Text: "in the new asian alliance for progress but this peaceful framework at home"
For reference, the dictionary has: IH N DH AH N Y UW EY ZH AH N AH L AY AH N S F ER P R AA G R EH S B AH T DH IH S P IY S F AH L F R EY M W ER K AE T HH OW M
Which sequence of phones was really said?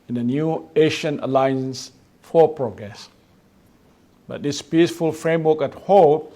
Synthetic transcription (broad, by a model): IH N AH N Y UW EY SH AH N AH L AY AH N S F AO P R AA G R EH S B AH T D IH S P IY S F AH L F R EY M W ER K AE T HH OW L